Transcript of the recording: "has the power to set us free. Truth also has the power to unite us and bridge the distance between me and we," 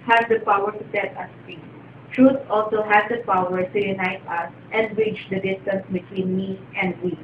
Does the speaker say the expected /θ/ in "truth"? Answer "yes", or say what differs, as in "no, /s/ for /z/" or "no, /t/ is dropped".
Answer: no, /s/ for /θ/